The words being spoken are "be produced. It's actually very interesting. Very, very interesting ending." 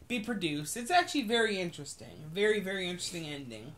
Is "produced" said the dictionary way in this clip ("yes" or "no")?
yes